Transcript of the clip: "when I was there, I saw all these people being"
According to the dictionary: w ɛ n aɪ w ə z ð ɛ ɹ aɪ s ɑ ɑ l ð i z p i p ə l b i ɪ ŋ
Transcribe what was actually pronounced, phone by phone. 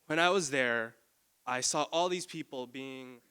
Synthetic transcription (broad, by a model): w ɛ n aɪ w ə z ð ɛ ɹ aɪ s ɑ ɑ l ð i z p i p l b i ɪ ŋ